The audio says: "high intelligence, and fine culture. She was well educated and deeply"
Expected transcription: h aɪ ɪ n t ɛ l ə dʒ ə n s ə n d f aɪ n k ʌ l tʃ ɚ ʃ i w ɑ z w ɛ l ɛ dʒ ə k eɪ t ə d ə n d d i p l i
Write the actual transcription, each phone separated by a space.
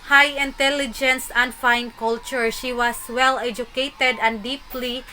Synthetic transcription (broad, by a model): h aɪ ɪ n t ɛ l ə dʒ ə n s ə n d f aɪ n k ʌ l tʃ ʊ ʃ i w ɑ s w ɛ l ɛ dʒ ə k eɪ t ə d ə n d d i p l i